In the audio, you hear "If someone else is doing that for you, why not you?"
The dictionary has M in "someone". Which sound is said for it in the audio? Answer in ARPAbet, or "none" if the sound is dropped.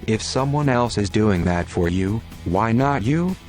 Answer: M